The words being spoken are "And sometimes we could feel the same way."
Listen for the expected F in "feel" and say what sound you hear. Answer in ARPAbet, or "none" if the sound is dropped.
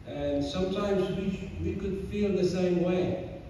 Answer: F